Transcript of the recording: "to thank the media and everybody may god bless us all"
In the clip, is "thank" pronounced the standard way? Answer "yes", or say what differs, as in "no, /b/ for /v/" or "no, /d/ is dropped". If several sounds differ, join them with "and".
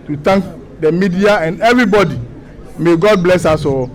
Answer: no, /t/ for /θ/